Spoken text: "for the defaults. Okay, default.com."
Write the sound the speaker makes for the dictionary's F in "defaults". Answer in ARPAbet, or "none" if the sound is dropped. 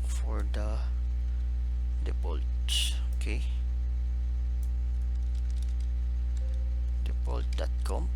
P